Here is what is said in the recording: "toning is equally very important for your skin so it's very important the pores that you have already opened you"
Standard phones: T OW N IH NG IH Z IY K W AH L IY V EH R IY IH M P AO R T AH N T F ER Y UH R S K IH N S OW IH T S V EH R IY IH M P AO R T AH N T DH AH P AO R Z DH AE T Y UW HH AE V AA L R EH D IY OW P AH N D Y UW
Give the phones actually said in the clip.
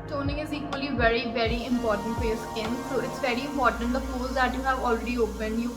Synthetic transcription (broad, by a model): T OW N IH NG IH Z IY K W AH L IY V EH R IY IH M P AO R T AH N T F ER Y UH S IH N S OW IH T S V EH R IY IH M P AO R T AH N T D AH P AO L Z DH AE T Y UW HH AE V AA L R EH D IY OW P AH N D Y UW